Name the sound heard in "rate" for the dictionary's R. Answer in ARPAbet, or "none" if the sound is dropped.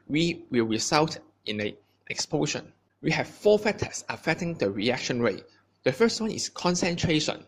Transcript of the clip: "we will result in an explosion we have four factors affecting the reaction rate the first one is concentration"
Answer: R